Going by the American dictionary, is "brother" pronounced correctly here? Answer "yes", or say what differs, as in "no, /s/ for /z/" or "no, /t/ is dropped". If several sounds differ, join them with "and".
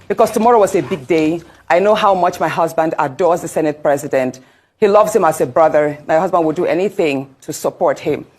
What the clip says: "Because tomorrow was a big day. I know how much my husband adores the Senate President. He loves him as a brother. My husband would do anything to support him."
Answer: yes